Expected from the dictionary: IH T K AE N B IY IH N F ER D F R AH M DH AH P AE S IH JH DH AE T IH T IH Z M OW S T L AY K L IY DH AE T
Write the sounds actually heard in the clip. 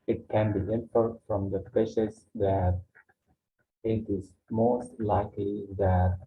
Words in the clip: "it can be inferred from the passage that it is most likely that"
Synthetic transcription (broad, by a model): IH T K AE N B IY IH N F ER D F R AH M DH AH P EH SH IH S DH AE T IH T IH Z M OW S T L AY K L IY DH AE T